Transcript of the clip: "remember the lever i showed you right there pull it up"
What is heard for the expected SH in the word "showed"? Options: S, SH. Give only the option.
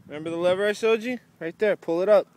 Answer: S